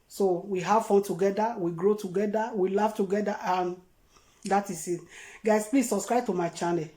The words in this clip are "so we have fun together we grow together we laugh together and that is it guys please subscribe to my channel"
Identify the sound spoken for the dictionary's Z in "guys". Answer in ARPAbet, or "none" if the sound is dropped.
S